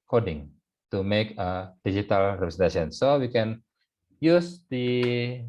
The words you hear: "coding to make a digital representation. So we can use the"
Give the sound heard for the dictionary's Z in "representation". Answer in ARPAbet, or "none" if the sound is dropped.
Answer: S